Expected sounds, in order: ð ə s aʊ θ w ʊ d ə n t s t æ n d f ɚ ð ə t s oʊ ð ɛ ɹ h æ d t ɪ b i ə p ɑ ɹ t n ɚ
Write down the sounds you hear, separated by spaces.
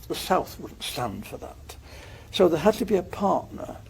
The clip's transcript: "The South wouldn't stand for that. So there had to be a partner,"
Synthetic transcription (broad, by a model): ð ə s aʊ θ w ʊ d n t s t æ n d f ɚ ð ə t s oʊ ð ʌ ɹ h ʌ d t ɪ b i ə p ɑ ɹ t n ɚ